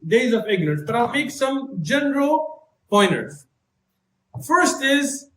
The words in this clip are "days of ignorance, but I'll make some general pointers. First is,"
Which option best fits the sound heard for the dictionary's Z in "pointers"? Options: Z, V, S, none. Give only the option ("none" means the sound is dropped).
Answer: none